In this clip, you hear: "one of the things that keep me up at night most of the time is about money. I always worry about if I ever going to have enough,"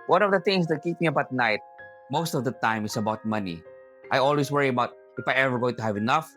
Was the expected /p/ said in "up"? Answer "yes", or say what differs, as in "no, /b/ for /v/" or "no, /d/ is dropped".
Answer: no, /b/ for /p/